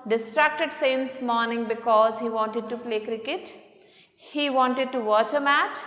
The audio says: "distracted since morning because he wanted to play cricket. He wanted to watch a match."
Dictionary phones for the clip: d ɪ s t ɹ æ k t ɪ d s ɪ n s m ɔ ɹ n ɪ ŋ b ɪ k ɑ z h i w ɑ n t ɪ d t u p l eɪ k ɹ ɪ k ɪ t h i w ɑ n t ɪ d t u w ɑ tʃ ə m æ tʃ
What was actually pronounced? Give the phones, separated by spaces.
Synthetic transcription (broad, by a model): d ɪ s t ɹ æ k t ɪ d s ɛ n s m ɔ ɹ n ɪ ŋ b ɪ k ɑ z h i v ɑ n t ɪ d t u p l eɪ k ɹ ɪ k ɪ t h i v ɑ n t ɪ d t u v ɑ tʃ ə m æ tʃ